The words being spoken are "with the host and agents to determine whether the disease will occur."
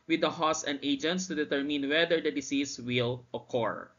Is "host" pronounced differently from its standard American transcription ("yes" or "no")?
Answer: yes